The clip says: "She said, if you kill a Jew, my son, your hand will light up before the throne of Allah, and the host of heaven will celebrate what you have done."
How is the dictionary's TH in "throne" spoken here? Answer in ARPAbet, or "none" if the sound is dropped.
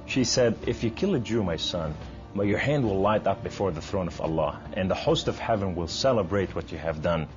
TH